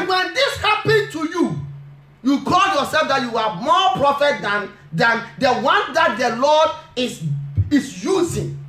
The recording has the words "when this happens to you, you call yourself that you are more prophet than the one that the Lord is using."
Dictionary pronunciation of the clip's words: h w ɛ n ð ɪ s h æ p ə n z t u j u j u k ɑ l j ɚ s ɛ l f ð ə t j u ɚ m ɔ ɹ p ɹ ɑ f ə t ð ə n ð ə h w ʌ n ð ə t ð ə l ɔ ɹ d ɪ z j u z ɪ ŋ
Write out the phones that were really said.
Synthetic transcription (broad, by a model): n w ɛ n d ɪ s h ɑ p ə n t u j u j u k ɑ l j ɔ s ɛ l f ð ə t j u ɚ m ɔ p ɹ ɑ f ə t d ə n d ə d w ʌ n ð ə t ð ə l ɔ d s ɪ s j u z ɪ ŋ